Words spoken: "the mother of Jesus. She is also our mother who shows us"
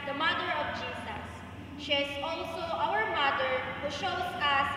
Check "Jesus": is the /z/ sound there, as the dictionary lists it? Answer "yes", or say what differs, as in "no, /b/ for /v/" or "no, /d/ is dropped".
no, /s/ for /z/